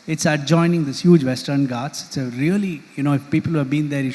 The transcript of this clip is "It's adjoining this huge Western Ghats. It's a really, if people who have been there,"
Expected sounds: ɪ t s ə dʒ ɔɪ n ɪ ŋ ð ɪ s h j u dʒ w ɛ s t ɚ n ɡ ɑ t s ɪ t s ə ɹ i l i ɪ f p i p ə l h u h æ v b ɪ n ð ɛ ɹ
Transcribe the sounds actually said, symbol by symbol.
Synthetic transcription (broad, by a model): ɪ t s ə dʒ ɔɪ n ɪ ŋ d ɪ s h j u dʒ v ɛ s t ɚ n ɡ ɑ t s ɪ t s ə ɹ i l i ɪ f p i p ə l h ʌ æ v b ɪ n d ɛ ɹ